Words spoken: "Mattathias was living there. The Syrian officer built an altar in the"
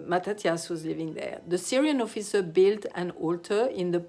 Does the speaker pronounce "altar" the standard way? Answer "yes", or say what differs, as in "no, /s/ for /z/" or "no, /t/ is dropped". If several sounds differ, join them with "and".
yes